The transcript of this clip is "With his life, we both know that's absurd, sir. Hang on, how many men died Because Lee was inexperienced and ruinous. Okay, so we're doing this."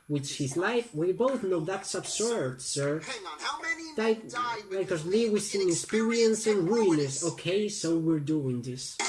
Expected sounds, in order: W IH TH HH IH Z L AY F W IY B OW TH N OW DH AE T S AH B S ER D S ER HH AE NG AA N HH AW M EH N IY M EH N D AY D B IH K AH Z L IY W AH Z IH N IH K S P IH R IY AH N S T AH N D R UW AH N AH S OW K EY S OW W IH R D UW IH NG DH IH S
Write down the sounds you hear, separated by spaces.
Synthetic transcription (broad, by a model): W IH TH HH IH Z L AY F W IY B OW TH N OW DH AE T S AH B S ER D S ER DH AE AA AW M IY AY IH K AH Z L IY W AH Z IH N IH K S P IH R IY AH N S AH N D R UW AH N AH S OW K EY S OW W IH R D UW IH NG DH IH S